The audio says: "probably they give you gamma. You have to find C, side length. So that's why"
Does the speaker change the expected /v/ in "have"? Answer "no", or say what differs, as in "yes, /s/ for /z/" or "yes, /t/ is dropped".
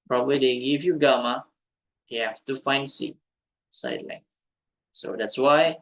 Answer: yes, /f/ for /v/